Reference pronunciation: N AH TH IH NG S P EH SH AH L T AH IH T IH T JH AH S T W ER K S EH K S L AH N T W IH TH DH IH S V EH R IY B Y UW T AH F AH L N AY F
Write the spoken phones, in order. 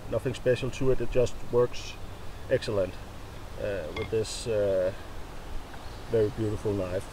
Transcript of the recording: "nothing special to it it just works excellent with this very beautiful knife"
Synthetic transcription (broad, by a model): N AH TH IH NG S P EH SH L T AH IH T IH T JH AH S T W ER K S EH K S L AH N T W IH DH IH S V EH R IY B Y UW T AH F L N AY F